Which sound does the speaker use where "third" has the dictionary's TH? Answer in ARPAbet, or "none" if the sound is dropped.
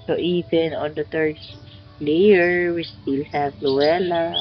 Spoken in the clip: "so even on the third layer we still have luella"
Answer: T